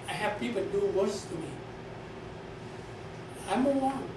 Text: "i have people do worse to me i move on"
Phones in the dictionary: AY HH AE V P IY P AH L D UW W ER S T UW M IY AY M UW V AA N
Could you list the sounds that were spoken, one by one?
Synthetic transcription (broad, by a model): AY HH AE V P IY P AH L D UW W ER S T UW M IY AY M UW W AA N